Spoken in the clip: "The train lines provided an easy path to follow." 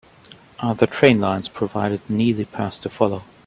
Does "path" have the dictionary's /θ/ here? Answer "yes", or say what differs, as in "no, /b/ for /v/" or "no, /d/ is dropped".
no, /s/ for /θ/